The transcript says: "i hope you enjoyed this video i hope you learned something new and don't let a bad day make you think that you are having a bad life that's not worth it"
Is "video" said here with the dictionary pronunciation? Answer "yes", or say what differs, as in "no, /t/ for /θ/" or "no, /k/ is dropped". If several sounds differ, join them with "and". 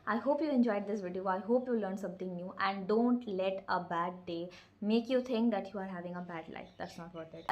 yes